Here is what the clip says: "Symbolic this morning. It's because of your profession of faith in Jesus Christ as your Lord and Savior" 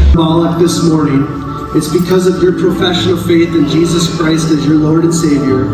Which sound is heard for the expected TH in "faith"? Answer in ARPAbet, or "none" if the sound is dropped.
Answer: TH